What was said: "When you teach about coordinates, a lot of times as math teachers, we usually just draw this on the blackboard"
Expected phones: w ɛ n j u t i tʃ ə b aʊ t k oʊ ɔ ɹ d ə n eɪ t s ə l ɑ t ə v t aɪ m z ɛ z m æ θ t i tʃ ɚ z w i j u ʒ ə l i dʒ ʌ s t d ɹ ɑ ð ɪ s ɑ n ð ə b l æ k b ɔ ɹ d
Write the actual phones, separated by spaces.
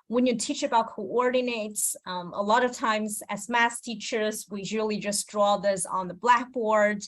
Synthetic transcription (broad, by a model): w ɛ n j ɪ t i tʃ ə b aʊ t k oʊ ɔ ɹ d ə n eɪ t s ə l ɑ t ə v t aɪ m z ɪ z m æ s t i tʃ ɚ z w i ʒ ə l i dʒ ʌ s d ɹ ɑ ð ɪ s n ð ə b l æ k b ɔ ɹ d